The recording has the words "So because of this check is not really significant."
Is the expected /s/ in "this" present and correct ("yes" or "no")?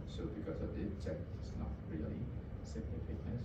no